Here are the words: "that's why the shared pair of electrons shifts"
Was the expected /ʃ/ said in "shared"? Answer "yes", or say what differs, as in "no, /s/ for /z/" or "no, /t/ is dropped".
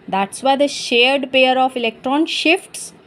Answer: yes